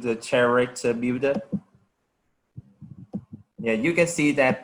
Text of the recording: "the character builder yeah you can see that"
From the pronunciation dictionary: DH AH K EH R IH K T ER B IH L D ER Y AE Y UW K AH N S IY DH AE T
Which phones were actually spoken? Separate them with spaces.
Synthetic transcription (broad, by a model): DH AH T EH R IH T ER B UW D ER Y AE Y UW K AH N S IY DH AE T